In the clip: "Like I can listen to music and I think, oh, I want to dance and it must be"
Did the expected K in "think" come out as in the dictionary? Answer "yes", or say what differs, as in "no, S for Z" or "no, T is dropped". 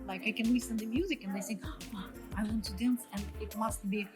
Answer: no, K is dropped